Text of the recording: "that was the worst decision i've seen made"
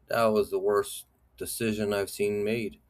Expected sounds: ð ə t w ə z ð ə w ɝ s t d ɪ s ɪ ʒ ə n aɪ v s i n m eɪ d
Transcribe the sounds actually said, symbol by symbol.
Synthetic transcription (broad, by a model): ð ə t w ə z ð ə w ɝ s d ɪ s ɪ ʒ ə n aɪ v s i n m eɪ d